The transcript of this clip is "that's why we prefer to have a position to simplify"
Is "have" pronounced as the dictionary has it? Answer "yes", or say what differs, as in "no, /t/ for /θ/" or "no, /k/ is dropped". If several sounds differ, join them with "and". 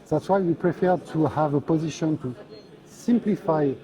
yes